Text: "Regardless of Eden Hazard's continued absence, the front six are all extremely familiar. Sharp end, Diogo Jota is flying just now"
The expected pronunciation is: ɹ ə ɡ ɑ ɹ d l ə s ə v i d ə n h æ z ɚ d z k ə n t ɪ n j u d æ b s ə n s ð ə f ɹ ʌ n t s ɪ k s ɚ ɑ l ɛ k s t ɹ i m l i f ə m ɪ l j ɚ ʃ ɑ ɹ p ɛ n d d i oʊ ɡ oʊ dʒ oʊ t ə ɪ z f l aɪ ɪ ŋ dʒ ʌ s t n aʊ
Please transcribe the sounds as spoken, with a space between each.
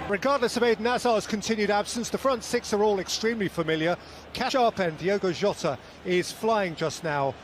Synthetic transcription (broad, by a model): ɹ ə ɡ ɑ ɹ d l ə s ə v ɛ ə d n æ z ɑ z k ə n t ɪ n j u d æ b s ə n s ð ə f ɹ ʌ n t s ɪ k s ɚ ɑ l ɛ k s t ɹ i m l i f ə m ɪ l j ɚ ʃ ɑ ɹ p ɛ n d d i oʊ ɡ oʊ ʒ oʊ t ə ɪ z f l aɪ ɪ ŋ dʒ ʌ s n aʊ